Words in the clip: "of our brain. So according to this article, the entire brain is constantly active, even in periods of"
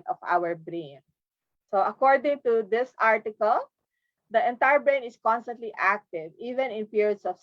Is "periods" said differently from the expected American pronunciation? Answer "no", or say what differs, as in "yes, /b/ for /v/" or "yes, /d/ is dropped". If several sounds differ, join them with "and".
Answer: yes, /s/ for /z/